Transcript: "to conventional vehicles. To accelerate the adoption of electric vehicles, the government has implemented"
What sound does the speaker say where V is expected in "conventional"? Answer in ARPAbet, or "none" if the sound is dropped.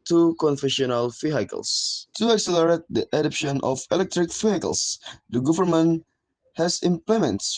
F